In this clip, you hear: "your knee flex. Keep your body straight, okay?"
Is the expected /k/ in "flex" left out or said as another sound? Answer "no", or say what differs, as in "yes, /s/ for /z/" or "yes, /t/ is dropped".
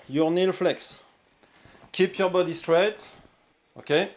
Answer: no